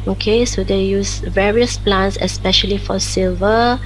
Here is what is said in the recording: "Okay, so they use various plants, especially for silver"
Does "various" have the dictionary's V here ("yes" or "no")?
yes